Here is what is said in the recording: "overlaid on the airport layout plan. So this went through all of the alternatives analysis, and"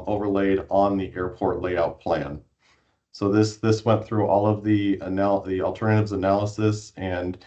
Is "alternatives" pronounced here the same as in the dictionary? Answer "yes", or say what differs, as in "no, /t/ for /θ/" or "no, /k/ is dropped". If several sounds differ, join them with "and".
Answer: yes